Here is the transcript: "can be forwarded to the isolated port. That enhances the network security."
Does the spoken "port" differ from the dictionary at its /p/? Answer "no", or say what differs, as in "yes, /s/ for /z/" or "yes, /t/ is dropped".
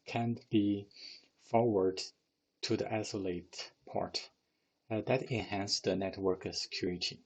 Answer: no